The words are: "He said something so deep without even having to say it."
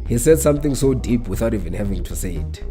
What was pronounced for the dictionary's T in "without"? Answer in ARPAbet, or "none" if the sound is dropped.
T